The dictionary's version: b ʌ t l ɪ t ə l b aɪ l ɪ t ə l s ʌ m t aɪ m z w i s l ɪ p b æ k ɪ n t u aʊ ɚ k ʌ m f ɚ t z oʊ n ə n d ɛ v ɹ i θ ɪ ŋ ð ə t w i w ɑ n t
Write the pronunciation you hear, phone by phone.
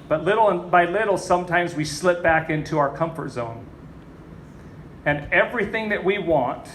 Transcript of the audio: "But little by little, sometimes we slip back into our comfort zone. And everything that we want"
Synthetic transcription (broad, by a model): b ʌ t l ɪ t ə n b aɪ l ɪ t l s ʌ m t aɪ m z w i s l ɪ p b æ k ɪ n t u aʊ ɚ k ʌ m f ɚ t z oʊ n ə n ɛ v ɹ i θ ɪ ŋ ð ə t w i w ɑ n t